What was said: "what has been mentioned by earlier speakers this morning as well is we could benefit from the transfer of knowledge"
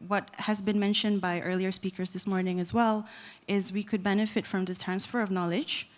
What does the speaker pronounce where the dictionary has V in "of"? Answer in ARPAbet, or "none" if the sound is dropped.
V